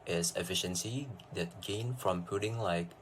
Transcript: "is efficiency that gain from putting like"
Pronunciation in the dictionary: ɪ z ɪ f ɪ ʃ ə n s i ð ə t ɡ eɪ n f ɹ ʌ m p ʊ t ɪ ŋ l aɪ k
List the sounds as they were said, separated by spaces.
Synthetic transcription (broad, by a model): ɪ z ɪ f ɪ ʃ ə n s i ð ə t ɡ eɪ n f ɹ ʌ m p ʊ t ɪ ŋ l aɪ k